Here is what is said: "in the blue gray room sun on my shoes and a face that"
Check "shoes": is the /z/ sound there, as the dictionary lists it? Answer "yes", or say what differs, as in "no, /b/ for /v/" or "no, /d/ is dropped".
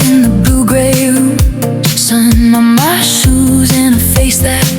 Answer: yes